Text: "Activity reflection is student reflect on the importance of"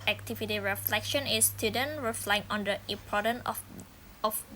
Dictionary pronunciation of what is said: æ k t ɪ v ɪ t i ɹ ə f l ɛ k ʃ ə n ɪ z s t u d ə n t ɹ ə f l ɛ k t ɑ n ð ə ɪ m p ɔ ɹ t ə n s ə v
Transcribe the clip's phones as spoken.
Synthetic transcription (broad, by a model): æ k t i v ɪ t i ɹ ə f l ɛ k ʃ ə n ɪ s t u d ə n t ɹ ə f l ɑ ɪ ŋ ɑ n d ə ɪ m p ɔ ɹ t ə n ə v